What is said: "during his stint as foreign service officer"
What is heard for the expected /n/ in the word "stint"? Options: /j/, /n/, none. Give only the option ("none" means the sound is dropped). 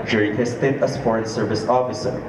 none